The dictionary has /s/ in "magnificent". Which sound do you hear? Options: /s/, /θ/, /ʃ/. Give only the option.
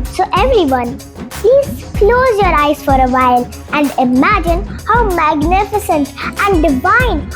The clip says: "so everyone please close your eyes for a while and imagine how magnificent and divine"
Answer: /s/